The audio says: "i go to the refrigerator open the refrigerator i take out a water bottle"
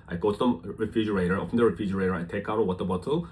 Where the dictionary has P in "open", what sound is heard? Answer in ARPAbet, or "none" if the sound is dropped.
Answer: F